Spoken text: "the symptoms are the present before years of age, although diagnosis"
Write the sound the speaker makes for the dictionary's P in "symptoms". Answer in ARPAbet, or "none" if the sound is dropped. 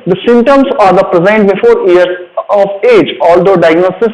none